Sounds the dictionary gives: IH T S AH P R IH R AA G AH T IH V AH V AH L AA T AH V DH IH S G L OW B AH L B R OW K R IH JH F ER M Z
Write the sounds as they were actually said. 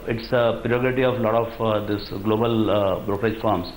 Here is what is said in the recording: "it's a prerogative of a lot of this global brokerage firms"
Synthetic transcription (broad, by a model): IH T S AH P R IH AA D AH T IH AH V L AA T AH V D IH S G L OW B AH L B R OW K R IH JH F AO M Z